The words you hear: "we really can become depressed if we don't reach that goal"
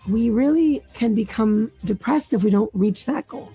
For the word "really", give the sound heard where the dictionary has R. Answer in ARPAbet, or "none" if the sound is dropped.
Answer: R